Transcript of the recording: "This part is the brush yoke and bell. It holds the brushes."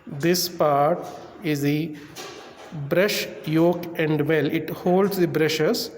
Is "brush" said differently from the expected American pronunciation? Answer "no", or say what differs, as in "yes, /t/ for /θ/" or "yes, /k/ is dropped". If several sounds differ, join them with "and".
no